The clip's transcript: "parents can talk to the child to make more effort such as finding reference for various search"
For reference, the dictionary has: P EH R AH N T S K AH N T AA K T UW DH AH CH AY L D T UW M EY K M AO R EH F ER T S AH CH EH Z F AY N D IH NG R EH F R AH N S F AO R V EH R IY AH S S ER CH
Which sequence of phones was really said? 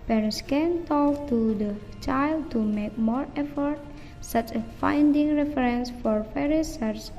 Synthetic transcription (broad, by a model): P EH R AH N S K AH N T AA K T UW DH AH CH AY L D T UW M EY K M AO R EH F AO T S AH CH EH F AY N D IH NG R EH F R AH N S F AO R F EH R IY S S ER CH